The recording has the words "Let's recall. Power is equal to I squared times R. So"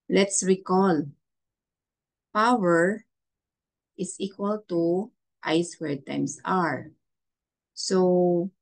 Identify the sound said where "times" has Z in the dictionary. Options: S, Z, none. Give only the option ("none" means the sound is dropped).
S